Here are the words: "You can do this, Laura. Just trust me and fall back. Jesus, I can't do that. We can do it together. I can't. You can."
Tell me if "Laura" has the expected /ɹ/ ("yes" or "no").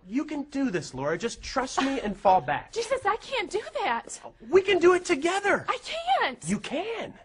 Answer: yes